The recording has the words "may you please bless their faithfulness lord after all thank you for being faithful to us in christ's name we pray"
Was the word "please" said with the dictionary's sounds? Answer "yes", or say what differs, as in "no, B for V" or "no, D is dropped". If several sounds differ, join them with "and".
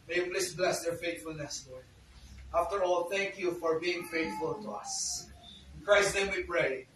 no, S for Z